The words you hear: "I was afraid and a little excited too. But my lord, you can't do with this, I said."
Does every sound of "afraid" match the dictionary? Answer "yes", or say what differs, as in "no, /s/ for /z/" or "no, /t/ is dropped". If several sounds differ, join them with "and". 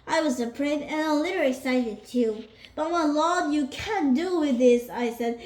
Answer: no, /p/ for /f/